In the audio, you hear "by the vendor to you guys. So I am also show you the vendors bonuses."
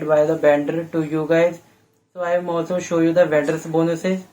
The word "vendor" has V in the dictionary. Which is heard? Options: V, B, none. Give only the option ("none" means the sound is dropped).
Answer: B